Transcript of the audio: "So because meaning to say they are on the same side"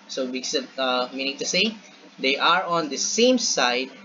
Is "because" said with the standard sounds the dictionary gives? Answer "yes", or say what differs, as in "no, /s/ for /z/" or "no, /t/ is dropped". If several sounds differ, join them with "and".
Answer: no, /z/ is dropped